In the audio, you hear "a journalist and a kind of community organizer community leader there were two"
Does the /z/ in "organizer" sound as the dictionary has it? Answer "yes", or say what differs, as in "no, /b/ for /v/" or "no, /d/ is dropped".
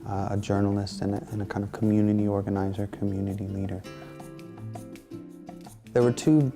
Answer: yes